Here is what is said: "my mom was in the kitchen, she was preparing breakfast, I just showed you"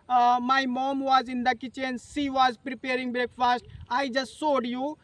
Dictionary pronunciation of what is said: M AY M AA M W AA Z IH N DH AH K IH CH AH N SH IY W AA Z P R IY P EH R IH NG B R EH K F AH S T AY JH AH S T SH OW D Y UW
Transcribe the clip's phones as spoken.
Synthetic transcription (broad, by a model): M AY M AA M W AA Z IH N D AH K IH CH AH N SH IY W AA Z P R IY P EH R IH NG B R EH K F AH S T AY JH AH S T S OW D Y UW